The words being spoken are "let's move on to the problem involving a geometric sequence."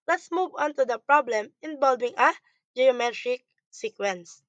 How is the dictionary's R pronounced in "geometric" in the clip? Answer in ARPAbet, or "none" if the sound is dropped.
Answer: R